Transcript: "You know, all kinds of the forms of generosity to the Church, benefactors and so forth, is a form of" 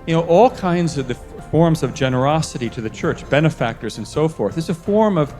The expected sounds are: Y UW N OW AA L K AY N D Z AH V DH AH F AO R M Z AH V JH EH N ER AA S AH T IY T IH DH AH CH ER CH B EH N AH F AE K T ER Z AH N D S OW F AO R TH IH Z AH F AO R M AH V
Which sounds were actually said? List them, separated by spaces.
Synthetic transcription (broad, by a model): Y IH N OW AA L K AY N D Z AH V DH AH F AO R M Z AH V JH EH N ER AA S AH T IY T IH DH AH CH ER CH B EH N AH F AE K T ER Z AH N S OW F AO R TH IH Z AH F AO R M AH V